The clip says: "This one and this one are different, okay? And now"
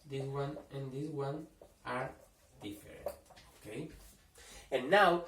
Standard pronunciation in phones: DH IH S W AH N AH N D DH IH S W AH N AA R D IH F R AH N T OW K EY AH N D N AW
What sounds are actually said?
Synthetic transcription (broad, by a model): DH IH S W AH N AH N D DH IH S W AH N AA R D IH F AH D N OW K EY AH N N AW